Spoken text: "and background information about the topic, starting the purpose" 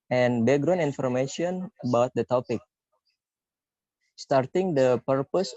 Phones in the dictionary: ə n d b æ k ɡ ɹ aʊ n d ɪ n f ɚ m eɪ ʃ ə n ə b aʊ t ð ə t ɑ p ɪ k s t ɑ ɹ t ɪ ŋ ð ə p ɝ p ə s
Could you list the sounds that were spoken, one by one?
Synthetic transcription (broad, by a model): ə n b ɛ ɡ ɹ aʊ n ɪ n f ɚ m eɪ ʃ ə n ə b aʊ t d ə t ɑ p ɪ k s t ɑ ɹ t ɪ ŋ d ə p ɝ p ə s